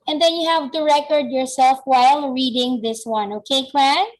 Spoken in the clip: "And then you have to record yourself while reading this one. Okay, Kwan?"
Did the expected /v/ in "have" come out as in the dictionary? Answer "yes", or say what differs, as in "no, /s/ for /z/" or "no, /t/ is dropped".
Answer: yes